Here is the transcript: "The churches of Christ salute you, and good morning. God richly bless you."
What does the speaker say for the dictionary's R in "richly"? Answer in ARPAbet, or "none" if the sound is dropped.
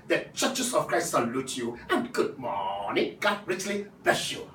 R